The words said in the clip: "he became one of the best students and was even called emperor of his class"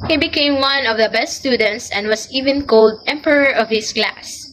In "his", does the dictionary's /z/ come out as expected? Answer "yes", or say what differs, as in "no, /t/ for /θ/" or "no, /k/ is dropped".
no, /s/ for /z/